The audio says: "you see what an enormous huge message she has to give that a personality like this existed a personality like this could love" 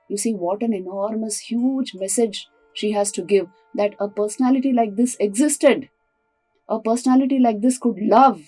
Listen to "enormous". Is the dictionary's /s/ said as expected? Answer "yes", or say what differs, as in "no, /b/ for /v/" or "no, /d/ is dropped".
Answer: yes